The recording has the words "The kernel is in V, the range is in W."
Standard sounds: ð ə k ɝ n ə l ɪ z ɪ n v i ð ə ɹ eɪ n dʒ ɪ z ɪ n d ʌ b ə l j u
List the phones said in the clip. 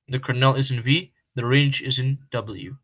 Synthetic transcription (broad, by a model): ð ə k ɝ n ə l ɪ z ɪ n v i ð ə ɹ eɪ n dʒ ɪ z ɪ n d ʌ b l j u